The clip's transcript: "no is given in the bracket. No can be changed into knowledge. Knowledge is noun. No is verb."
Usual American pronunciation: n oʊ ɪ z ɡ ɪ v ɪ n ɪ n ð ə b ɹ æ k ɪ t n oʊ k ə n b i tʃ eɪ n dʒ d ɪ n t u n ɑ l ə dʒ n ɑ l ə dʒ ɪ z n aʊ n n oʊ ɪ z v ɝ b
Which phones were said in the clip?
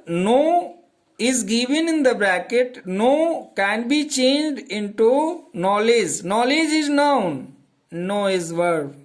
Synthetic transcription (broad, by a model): n oʊ ɪ z ɡ ɪ v ɪ n ɪ n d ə b ɹ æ k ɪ t n oʊ k ə n b i tʃ eɪ n dʒ d ɪ n t u n ɑ l ə dʒ n ɑ l ə dʒ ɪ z n aʊ n n oʊ ɪ z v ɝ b